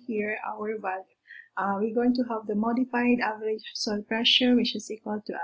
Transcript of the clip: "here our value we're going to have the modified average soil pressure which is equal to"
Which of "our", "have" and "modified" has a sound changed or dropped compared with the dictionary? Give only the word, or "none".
none